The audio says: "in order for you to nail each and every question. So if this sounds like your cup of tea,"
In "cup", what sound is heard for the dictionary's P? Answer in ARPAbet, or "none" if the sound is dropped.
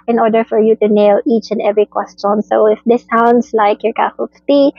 F